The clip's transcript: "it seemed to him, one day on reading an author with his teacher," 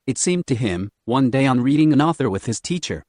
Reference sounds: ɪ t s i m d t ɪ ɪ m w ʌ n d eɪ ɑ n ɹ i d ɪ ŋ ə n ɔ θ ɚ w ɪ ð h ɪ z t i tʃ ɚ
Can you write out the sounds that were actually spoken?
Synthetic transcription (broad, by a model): ɪ t s i m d t ɪ ɪ m w ʌ n d eɪ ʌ n ɹ i d ɪ ŋ ə n ɔ θ ɚ w ɪ ð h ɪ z t i tʃ ɚ